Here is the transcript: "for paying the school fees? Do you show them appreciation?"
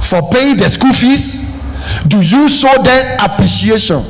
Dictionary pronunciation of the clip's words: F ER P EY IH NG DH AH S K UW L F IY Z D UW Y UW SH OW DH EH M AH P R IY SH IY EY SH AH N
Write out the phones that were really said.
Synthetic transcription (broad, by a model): F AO P EY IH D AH S K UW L F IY S D UW Y UW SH OW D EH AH P R IY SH IY EY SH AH N